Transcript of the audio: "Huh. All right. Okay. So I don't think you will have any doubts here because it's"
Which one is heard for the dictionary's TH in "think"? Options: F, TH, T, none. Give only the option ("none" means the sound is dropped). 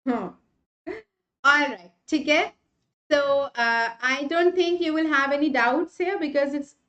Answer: T